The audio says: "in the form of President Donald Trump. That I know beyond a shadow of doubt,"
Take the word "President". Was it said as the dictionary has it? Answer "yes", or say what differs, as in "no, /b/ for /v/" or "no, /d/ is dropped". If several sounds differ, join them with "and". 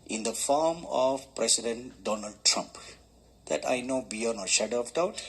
no, /s/ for /z/